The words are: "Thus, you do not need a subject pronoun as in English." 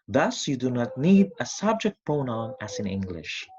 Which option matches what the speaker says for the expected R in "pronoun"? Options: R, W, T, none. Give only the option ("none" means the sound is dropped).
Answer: none